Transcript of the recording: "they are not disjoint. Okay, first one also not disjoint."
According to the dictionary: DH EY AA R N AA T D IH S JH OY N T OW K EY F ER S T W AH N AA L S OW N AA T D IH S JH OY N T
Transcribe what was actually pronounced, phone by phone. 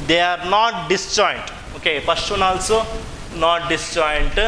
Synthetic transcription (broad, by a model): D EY AA R N AA T D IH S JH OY N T OW K EY P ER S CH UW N AA L S OW N AA T D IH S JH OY N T